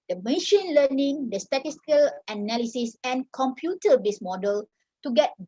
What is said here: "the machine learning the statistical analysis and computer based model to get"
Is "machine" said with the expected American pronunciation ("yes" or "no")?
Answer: yes